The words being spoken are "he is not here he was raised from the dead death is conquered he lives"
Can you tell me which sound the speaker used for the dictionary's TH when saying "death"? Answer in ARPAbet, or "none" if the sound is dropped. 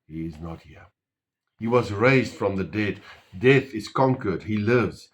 TH